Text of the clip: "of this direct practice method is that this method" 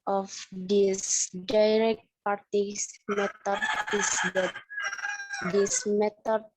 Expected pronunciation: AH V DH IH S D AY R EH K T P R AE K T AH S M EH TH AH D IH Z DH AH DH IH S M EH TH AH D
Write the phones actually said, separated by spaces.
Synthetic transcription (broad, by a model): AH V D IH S D AY R EH K T P AA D T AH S M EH T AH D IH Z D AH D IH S M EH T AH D